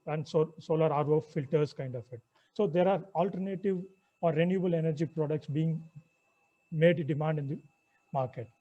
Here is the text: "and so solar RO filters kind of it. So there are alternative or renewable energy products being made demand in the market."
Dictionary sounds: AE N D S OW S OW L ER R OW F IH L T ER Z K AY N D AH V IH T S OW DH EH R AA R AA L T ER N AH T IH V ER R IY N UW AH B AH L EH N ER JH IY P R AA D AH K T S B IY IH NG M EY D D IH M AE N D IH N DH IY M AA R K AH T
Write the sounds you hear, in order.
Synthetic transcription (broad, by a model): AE N D S OW S OW L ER R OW F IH L T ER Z K AY N D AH F IH T S OW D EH R AA R AA L T ER N AH T IH V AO R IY N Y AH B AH L EH N ER JH IY P R AA D AH K T S B IY IH NG M EY D D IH M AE N D IH N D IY M AA R K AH T